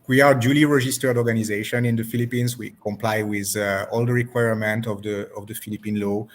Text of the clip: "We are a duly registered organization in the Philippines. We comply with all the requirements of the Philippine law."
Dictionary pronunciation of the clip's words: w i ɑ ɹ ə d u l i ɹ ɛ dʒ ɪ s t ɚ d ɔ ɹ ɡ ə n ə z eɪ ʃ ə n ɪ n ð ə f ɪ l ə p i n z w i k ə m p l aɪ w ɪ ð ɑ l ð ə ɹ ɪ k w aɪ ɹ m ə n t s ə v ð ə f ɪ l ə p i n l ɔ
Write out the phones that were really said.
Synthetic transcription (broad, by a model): w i ɑ ɹ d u l i ɹ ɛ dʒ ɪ s t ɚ d ɔ ɹ ɡ ə n ə z eɪ ʃ ə n ɪ n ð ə f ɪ l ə p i n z w i k ə m p l aɪ w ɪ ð ɑ l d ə ɹ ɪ k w aɪ ɹ m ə n t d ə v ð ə f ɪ l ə p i n l ɔ